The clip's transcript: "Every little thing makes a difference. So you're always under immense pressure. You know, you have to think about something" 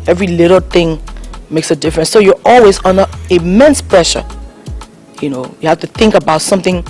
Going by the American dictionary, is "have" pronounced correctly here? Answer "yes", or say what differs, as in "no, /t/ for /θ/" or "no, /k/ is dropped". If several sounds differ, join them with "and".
no, /f/ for /v/